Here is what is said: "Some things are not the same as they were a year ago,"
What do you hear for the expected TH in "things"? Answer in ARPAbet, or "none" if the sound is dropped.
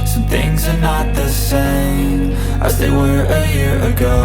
TH